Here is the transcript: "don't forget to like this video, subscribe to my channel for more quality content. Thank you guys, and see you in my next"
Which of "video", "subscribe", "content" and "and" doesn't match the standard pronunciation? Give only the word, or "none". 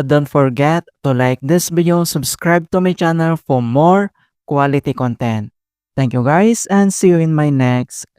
video